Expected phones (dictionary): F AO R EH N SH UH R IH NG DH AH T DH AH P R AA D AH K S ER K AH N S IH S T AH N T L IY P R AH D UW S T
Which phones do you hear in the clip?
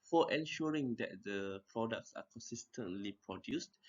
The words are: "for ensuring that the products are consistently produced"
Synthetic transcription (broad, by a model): F AO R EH N SH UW R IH NG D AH T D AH P R AA D AH K S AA K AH N S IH S T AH N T L IY P R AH D UW S T